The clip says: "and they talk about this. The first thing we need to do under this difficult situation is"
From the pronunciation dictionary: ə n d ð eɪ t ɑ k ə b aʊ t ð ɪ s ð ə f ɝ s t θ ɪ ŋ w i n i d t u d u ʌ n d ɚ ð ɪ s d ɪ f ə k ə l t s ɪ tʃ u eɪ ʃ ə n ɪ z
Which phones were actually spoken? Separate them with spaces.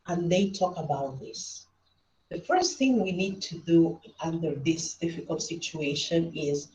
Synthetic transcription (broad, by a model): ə n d ð eɪ t ɑ k ə b aʊ t ð ɪ s ð ə f ɝ s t θ ɪ ŋ w i n i d t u d u ʌ n d ɚ ð ɪ s d ɪ f ə k ə l t s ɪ tʃ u eɪ ʃ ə n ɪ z